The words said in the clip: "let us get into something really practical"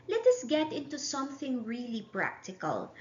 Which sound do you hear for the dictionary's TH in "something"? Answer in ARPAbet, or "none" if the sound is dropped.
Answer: TH